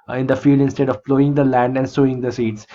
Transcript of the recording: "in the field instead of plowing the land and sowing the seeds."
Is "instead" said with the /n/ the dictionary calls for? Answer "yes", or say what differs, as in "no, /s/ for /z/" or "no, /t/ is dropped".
yes